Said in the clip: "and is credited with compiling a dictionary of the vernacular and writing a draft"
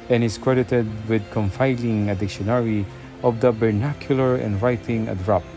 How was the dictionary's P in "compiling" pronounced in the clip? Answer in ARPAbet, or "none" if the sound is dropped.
F